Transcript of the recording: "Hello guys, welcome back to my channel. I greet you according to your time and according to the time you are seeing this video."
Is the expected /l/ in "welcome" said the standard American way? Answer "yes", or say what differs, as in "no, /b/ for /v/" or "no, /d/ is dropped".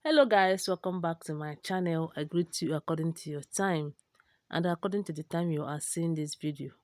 no, /l/ is dropped